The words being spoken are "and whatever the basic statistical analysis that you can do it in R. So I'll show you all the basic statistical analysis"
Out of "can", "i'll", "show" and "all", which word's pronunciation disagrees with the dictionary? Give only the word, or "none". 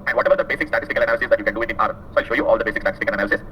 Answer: none